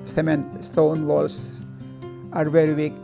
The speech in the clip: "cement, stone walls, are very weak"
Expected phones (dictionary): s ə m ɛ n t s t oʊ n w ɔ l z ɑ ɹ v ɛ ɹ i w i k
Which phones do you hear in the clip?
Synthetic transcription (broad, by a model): s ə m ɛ n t s t oʊ n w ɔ l s ɑ ɹ v ɛ ɹ i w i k